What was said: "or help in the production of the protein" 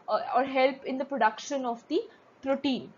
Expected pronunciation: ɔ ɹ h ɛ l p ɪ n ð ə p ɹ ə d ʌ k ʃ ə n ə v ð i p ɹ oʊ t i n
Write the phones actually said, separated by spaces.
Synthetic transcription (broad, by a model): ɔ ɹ h ɛ l p ɪ n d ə p ɹ ə d ʌ k ʃ ə n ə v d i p ɹ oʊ t i n